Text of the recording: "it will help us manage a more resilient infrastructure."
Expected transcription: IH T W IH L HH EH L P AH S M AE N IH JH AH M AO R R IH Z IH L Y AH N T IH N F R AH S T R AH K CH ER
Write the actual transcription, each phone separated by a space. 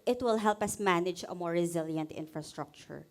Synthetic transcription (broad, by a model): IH T W IH L HH EH L P AH S M AE N IH JH AH M AO R R IH Z IH L Y AH N T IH N F R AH S T R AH K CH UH